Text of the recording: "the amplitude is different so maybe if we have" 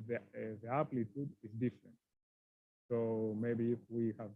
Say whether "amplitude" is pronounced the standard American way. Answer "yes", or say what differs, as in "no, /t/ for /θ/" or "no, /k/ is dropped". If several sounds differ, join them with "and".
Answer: no, /m/ is dropped